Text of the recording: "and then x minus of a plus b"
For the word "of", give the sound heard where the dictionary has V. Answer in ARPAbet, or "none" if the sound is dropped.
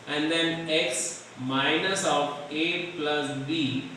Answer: P